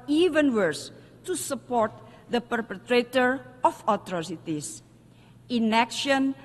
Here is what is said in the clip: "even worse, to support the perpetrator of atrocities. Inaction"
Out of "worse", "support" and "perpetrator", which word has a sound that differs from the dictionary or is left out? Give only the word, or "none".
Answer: none